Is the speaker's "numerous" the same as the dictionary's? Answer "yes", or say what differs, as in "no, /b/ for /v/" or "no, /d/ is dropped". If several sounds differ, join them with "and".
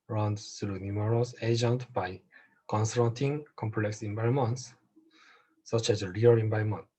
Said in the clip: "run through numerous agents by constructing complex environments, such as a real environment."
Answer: no, /l/ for /n/